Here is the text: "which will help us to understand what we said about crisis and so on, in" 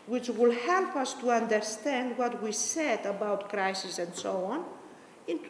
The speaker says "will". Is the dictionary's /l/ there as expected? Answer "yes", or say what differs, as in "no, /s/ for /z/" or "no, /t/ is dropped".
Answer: yes